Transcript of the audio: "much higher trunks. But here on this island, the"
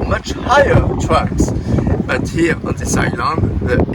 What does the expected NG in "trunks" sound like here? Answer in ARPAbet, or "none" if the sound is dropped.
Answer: none